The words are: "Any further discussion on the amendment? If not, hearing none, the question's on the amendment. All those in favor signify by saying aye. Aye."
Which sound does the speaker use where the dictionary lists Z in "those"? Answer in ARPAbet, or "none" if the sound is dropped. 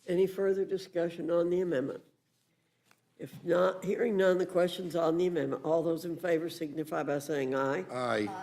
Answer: Z